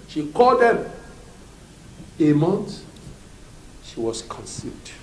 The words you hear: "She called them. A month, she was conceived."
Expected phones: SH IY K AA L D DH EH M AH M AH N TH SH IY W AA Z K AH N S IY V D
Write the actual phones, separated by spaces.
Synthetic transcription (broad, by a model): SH IY K AA L D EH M AH M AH N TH SH IY W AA S K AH N S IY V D